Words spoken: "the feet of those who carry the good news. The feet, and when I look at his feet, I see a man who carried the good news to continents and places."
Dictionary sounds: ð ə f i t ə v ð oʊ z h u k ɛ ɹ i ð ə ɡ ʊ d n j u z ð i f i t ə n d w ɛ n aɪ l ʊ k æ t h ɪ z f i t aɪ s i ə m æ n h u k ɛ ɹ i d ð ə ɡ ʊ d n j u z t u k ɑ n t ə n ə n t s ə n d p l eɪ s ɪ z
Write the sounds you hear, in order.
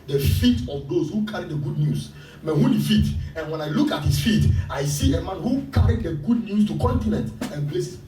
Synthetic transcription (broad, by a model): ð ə f i t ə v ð oʊ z h u k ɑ ɹ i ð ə ɡ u d n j u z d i f i t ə n w ɛ n aɪ l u k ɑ t h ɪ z f i t aɪ s i ə m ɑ n h u k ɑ ɹ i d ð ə ɡ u d n j u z t u k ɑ n t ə n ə n t ə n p l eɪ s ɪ